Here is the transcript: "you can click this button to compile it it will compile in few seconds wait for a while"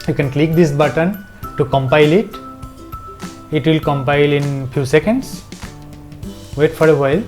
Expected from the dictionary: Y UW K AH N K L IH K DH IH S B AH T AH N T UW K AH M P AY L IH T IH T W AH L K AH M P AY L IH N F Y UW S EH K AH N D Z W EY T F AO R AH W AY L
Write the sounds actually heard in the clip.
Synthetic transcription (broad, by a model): Y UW K AH N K L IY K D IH S B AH T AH N T UW K AH M P AY L IH T IH T W AH L K AH M P AY L IH N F Y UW S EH K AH N D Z W EY T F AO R AH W AY L